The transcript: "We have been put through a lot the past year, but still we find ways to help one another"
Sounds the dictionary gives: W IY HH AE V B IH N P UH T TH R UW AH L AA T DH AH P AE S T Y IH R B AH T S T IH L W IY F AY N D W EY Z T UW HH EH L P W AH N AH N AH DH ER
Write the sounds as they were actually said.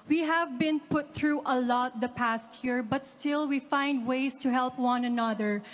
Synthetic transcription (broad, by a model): W IY HH AE V B IH N P UH T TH R UW AH L AA T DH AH P AE S T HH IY R B AH T S T IH L W IY F AY N D W EY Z T UW HH EH L P W AH N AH N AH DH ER